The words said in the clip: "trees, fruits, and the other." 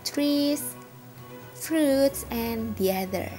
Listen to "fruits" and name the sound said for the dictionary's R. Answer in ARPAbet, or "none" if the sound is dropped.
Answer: R